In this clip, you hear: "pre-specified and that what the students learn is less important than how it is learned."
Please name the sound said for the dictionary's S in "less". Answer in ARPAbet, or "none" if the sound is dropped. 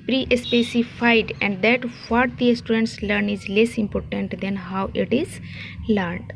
S